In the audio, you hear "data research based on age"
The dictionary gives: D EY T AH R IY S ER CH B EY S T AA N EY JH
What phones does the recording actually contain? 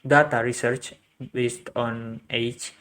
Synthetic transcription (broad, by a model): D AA T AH R IY S ER CH B EY S T AA N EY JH